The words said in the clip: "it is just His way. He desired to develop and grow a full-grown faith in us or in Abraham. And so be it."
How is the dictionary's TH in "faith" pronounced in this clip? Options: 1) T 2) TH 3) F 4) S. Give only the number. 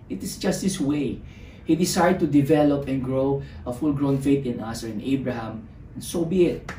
1